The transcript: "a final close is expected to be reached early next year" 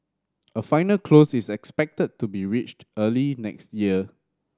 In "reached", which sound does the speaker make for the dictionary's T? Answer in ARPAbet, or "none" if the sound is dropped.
T